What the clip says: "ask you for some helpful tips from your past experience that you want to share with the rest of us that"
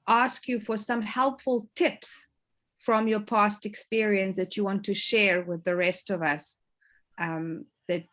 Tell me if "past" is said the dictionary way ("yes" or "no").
yes